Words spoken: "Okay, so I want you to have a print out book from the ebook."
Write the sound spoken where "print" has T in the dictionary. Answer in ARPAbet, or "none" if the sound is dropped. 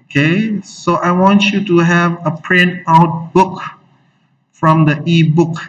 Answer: none